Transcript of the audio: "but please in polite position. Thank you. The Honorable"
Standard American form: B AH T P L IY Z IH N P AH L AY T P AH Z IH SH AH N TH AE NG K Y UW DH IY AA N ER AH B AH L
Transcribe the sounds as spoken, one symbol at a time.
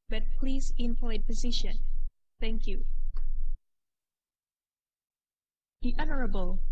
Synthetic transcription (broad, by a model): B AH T P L IY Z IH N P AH IH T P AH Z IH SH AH N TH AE NG K Y UW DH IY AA N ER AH B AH L